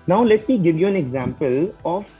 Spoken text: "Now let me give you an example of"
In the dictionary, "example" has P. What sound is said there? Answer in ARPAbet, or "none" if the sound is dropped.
P